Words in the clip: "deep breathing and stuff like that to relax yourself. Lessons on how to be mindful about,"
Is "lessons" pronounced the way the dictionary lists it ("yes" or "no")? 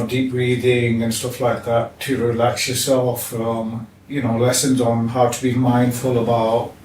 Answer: yes